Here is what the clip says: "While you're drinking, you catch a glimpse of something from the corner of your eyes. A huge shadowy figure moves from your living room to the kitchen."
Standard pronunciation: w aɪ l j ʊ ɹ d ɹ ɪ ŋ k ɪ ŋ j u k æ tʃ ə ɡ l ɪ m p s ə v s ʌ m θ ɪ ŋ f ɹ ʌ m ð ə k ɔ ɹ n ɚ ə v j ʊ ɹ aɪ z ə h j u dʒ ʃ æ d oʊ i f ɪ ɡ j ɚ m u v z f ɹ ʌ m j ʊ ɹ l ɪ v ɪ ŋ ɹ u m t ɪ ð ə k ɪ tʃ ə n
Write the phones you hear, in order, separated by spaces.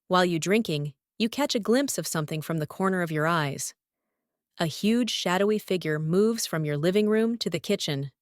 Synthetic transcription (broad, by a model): w aɪ l j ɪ d ɹ ɪ ŋ k ɪ ŋ j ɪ k æ tʃ ə ɡ l ɪ m p s ə v s ʌ m θ ɪ ŋ f ɹ ʌ m ð ə k ɔ ɹ n ɚ ə v j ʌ ɹ aɪ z ə h j u dʒ ʃ æ d oʊ i f ɪ ɡ j ɚ m u v z f ɹ ʌ m j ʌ ɹ l ɪ v ɪ ŋ ɹ u m t ɪ ð ə k ɪ tʃ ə n